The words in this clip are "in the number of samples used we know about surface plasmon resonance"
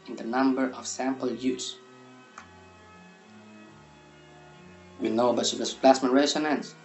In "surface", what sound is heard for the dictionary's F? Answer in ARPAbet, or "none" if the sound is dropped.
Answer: none